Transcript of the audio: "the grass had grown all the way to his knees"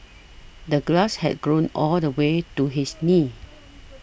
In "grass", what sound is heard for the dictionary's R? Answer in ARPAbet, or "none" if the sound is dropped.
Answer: L